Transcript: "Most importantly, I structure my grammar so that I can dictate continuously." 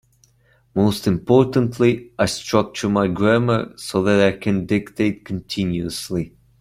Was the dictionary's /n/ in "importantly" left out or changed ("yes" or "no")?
no